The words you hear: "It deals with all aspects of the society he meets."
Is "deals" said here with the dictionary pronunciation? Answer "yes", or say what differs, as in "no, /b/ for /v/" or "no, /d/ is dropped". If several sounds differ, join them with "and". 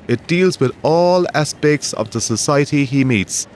yes